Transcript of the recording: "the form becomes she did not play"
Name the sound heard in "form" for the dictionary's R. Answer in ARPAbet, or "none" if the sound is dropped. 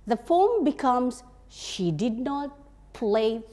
L